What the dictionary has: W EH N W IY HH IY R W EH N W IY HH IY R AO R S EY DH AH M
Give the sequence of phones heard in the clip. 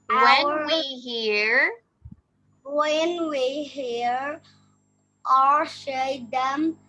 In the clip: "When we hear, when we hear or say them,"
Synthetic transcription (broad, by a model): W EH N W IY HH IY R W EH N W IY HH IY R AO R SH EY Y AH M